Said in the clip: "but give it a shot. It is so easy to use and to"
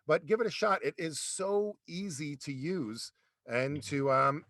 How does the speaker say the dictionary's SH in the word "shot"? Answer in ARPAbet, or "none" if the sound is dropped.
SH